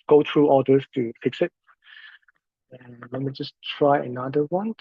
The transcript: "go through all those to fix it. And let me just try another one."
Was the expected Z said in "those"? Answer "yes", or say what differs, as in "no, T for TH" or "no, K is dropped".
no, S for Z